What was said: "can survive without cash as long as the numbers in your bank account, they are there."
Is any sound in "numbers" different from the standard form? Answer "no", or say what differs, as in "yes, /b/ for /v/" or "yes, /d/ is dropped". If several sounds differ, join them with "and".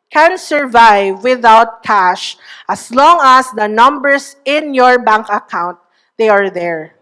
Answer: yes, /s/ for /z/